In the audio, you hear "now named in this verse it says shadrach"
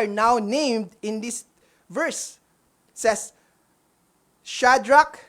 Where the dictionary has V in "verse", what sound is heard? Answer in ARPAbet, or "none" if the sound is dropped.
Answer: V